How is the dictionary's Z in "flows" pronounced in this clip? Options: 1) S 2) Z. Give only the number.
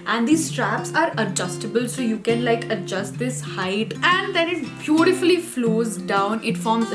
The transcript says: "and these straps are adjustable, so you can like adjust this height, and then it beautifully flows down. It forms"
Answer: 2